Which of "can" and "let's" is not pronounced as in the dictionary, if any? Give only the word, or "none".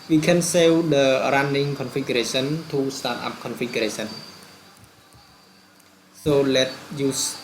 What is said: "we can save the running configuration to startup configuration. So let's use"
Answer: let's